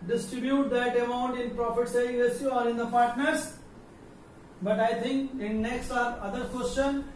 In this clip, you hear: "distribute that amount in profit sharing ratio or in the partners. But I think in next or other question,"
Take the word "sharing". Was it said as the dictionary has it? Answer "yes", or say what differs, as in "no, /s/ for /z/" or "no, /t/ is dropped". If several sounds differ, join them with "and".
no, /s/ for /ʃ/ and /ɹ/ is dropped